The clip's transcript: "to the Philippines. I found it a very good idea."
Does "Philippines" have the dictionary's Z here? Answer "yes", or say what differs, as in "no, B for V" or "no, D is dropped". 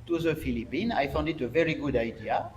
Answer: no, Z is dropped